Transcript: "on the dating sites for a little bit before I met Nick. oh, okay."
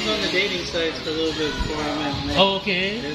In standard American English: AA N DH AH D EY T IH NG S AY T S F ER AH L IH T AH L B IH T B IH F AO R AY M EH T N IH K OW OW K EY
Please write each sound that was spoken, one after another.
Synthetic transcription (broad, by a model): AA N DH AH D EY T IH NG S AY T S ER AH L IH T L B IH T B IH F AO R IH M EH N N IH OW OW K EY